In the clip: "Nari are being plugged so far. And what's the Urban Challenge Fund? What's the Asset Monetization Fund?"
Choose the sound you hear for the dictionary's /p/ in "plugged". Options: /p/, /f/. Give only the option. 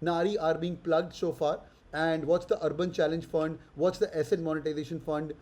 /p/